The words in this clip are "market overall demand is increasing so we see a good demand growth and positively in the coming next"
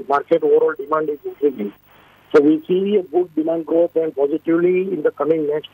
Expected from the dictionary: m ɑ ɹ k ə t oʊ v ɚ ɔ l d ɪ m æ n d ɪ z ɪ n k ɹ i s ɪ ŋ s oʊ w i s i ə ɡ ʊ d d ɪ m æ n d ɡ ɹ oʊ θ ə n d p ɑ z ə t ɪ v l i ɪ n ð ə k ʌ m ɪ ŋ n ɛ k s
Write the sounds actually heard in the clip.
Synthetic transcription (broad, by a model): m ɑ ɹ k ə t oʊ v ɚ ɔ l d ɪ m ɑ n d ɪ z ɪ k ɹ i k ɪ s oʊ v i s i ə ɡ ʊ d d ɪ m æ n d ɡ ɹ oʊ t ə n d p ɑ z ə t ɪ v l i ɪ n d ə k ʌ m ɪ ŋ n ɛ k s